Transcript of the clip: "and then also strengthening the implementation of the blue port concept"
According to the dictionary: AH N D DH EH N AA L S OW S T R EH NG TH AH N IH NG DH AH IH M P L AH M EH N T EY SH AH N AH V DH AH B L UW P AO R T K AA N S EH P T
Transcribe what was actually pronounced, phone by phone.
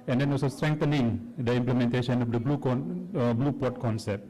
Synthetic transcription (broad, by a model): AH N D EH N AA L S OW S T R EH NG T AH N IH NG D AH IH M P L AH M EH N T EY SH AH N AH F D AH B L UW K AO L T K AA N S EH P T